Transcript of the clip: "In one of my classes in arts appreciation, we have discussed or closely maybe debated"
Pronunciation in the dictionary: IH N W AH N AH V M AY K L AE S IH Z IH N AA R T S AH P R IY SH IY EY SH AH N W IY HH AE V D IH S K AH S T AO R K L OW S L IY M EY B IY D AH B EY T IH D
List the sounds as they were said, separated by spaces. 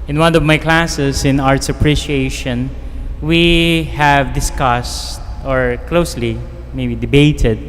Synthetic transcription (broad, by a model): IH N W AH N AH V M AY K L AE S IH S IH N AA R T S AH P R IY SH IY EY SH AH N W IY HH AE V D IH S K AH S T AO R K L OW S L IY M EY B IY D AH B EY T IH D